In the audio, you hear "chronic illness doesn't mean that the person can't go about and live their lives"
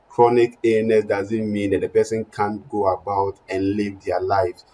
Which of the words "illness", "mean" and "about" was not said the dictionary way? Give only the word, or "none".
illness